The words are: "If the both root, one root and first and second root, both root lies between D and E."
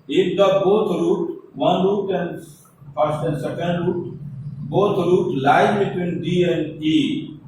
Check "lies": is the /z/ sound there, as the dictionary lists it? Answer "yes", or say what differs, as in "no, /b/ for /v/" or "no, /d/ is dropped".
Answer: no, /z/ is dropped